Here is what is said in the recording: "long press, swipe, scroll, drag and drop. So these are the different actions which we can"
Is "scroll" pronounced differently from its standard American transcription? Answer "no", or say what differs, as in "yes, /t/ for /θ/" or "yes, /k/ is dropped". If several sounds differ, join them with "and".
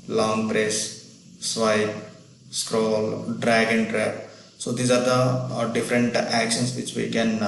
no